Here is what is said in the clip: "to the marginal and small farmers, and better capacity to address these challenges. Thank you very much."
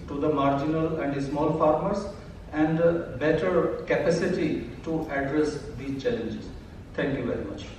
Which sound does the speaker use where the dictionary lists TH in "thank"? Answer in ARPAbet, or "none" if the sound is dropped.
T